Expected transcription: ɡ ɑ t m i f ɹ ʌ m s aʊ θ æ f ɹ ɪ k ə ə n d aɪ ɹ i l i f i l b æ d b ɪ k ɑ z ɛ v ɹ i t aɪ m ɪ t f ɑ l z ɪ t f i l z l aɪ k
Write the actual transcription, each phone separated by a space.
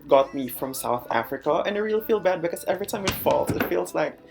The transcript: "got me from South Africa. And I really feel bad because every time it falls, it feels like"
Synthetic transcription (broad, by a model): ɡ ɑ t m i f ɹ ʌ m s aʊ θ æ f ɹ ɪ k ə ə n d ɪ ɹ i l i f i l b æ d b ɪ k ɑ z ɛ v ɹ i t aɪ m ɪ t f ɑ l s ɪ t f i l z l aɪ k